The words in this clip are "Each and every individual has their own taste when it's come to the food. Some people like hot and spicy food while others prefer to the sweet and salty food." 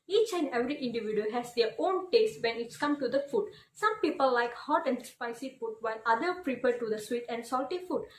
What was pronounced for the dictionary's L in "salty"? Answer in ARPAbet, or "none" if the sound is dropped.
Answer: L